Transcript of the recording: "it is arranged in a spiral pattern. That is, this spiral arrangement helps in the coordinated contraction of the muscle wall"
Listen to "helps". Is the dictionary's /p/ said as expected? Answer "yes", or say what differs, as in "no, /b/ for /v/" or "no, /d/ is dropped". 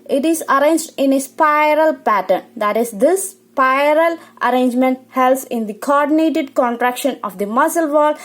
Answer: no, /p/ is dropped